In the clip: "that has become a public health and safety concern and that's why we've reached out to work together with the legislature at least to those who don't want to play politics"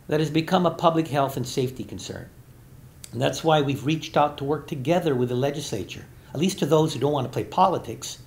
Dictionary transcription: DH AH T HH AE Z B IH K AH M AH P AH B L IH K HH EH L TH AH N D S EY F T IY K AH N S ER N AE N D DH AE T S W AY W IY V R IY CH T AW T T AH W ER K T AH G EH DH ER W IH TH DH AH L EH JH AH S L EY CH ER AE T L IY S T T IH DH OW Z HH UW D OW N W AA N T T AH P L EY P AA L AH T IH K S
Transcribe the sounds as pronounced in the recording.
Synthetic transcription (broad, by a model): DH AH T HH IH Z B IH K AH M AH P AH B L IH K HH EH L TH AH N S EY F T IY K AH N S ER N N DH AE T S W AY W IY V R IY CH T AW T T AH W ER K T AH G EH DH ER W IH DH AH L EH JH AH S L EY CH ER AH T L IY S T T IH DH OW Z HH UW D OW N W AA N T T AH P L EY P AA L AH T IH K S